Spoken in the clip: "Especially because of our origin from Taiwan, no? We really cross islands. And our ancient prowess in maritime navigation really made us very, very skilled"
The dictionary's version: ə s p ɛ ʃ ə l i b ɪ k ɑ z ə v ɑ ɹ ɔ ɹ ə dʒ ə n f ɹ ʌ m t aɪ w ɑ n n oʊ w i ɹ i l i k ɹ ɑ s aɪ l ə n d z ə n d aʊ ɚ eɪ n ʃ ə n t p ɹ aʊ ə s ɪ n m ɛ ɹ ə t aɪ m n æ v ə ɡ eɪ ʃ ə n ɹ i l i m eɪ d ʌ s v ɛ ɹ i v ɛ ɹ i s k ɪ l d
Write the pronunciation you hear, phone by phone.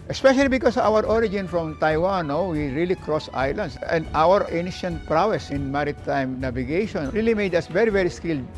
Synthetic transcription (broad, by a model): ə s p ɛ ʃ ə l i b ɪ k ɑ s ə w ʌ ɹ ɔ ɹ ə dʒ ə n f ɹ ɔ m t aɪ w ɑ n n oʊ w i ɹ i l i k ɹ ɑ s aɪ l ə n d s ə n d aʊ ɚ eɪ n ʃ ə n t p ɹ aʊ ə s ɪ n m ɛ ɹ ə t aɪ m n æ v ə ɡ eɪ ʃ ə n ɹ i l i m eɪ d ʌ s v ɛ ɹ i v ɛ ɹ i s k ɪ l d